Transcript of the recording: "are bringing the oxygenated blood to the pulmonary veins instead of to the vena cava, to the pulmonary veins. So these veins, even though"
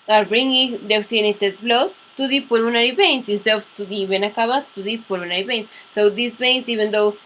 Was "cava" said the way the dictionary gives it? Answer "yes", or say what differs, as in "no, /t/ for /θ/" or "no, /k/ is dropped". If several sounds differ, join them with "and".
no, /b/ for /v/